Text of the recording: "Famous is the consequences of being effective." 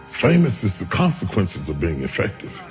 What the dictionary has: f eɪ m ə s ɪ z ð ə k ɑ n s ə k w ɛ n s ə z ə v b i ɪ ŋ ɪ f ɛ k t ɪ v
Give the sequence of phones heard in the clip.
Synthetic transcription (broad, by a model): f eɪ m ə s ɪ z ð ə k ɑ n s ə k w ɛ n s ə z ə v b i ɪ ŋ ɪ f ɛ k t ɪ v